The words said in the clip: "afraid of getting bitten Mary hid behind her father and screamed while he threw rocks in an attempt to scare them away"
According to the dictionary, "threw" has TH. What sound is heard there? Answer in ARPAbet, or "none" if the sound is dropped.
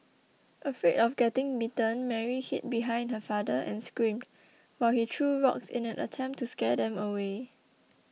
T